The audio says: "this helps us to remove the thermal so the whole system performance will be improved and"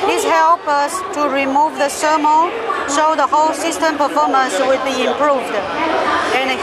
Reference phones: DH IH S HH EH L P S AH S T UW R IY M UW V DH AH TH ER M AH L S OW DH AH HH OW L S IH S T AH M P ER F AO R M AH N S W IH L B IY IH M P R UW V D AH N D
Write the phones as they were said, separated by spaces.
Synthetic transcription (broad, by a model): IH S HH EH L P AH S T UW R IY M UW V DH AH S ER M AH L SH OW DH AH HH OW L S IH S T AH M P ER F AO M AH N S W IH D B IY IH M P R UW V D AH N